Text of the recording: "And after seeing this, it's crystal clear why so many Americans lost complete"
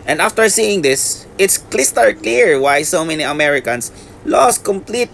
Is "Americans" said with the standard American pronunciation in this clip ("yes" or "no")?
no